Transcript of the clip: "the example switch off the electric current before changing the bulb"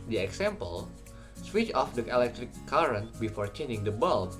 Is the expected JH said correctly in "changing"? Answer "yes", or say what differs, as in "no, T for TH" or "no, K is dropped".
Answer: no, JH is dropped